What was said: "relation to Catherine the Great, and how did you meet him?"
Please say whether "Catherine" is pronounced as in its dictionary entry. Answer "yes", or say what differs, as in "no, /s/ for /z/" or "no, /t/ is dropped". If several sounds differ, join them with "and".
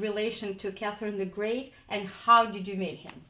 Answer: yes